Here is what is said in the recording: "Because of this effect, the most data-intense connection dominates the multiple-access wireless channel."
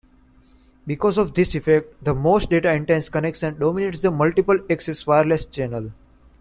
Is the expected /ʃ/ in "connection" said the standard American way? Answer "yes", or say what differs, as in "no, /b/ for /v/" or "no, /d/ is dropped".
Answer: no, /s/ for /ʃ/